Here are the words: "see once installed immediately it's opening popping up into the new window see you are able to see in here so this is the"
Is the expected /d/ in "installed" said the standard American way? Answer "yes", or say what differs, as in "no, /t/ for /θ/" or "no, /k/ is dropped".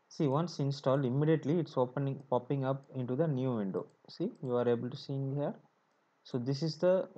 yes